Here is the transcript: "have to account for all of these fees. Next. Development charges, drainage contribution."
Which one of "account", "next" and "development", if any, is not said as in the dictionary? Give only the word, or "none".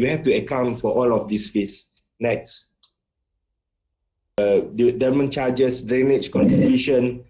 development